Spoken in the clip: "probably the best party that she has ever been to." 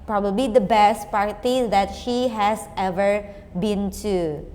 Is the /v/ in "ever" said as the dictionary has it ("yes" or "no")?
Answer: yes